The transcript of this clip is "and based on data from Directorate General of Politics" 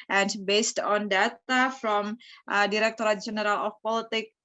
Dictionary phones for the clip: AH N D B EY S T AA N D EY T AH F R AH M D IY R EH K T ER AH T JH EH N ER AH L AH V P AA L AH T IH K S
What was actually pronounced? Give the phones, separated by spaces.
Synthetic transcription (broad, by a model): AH N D B EY S T AA N D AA T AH F R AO M D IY R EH K T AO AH T JH EH N ER AH L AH F P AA L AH T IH K